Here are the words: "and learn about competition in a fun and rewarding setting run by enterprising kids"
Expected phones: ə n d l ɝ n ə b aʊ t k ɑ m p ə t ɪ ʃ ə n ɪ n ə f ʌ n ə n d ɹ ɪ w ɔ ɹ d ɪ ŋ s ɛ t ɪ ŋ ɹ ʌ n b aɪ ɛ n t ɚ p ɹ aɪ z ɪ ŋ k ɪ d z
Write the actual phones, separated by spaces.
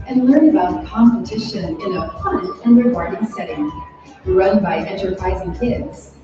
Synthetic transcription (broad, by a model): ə n l ɝ n ə b aʊ t k ɑ m p ə t ɪ ʃ ə n ɪ n ə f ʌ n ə n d ɹ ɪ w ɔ ɹ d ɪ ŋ s ɛ t ɪ ŋ ɹ ʌ n b aɪ ɛ n t ɚ p ɹ aɪ z ɪ ŋ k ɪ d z